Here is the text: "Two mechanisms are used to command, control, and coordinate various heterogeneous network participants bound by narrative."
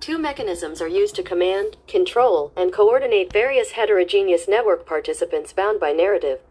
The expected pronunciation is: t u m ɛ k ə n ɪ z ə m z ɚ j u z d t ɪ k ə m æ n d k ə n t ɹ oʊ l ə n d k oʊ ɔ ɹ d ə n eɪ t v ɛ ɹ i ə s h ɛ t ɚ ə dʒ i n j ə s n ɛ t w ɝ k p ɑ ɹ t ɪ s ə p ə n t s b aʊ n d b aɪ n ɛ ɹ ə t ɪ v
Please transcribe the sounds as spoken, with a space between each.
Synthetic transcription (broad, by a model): t u m ɛ k ə n ɪ z ə m z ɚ j u z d t ɪ k ə m æ n d k ə n t ɹ oʊ l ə n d k oʊ ɔ ɹ d n eɪ t v ɛ ɹ i ə s h ɛ t ɚ ə dʒ i n j ə s n ɛ t w ɝ k p ɑ ɹ t ɪ s ə p ə n t s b aʊ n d b aɪ n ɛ ɹ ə t ɪ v